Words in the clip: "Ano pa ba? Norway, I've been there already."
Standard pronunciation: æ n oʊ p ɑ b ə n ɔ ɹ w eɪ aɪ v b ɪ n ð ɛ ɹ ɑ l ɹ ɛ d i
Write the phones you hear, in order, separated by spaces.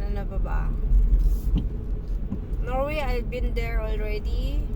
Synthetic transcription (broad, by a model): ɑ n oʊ b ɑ b ə n ɔ ɹ w eɪ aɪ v b ɪ n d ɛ ɹ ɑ l ɹ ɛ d i